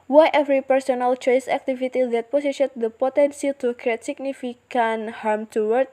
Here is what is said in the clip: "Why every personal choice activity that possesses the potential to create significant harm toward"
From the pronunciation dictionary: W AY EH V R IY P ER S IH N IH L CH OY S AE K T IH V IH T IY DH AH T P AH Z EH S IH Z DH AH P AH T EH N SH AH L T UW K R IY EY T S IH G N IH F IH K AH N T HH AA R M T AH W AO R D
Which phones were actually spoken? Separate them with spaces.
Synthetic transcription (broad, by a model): W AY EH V R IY P ER S IH N IH L CH OY S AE K T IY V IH T IY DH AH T P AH S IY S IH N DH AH P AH T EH N S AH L T UW K R IY EY T S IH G N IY F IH K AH N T HH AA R M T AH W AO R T